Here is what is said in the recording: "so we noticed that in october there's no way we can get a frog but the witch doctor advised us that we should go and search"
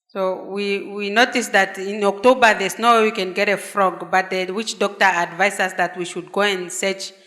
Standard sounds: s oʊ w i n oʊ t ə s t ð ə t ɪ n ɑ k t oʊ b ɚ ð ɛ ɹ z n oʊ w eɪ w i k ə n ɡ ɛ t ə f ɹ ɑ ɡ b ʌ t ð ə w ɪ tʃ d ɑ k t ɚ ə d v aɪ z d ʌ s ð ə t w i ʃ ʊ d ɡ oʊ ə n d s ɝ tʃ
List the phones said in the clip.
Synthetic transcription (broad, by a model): s oʊ w i n oʊ t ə s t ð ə t ɪ n ɑ k t oʊ b ɚ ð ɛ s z n oʊ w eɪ w i k ə n ɡ ɛ t ə f ɹ ɑ ɡ b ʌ t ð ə w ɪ tʃ d ɑ k t ɚ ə d v aɪ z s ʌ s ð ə t w i ʃ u d ɡ oʊ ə n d s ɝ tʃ